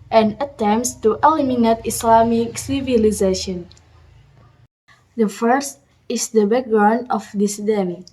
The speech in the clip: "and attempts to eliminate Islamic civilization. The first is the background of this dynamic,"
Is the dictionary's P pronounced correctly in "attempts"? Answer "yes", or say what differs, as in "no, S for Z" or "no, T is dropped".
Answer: no, P is dropped